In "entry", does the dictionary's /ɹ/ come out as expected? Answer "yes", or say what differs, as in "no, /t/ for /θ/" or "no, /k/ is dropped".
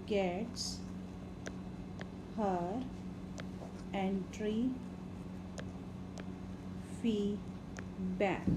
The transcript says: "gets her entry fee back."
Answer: yes